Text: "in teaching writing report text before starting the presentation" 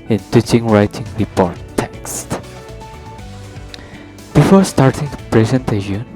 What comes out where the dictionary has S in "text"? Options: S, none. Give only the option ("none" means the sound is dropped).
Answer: S